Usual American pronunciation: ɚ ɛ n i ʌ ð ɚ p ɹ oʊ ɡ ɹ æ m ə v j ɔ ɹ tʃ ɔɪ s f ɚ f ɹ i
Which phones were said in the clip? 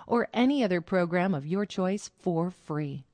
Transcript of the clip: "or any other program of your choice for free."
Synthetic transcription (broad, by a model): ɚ ɛ n i ʌ ð ɚ p ɹ oʊ ɡ ɹ æ m ə v j ɔ ɹ tʃ ɔɪ s f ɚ f ɹ i